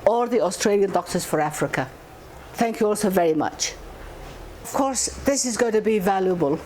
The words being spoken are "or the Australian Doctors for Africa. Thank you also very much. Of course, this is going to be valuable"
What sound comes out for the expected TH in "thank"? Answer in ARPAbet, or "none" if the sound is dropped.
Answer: TH